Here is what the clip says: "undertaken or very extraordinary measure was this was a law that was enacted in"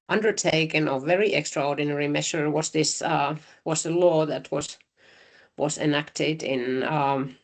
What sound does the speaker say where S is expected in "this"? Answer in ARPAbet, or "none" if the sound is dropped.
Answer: S